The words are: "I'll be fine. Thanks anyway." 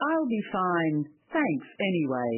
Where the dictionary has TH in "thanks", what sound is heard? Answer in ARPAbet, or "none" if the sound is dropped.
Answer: TH